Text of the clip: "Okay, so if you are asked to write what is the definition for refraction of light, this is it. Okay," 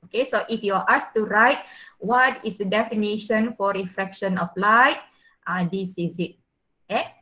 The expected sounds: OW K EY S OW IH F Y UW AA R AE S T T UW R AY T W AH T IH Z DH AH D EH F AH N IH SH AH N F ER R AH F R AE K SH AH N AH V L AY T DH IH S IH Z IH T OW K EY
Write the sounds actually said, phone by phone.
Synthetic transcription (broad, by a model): OW K EY S OW IH F Y UW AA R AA S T T UW R AY T W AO T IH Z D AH D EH F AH N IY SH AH N F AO R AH F R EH K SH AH N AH P L AY T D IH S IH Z IH T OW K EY